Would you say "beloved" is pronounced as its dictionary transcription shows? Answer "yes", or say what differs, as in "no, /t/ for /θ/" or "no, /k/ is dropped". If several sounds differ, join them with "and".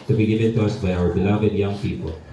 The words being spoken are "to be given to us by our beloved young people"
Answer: yes